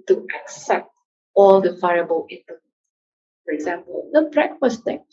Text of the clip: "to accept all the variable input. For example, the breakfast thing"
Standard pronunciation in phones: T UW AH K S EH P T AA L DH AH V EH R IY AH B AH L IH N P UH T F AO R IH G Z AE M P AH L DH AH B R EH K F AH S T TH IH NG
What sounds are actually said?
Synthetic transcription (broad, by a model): T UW AH K S EH P T AA L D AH F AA IY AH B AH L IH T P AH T F AO R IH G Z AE M P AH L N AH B R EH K F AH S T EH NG